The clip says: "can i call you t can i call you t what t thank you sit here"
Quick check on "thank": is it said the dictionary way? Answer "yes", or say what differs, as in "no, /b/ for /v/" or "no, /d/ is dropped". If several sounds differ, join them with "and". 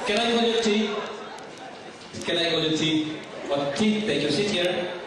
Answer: no, /t/ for /θ/ and /ŋ/ is dropped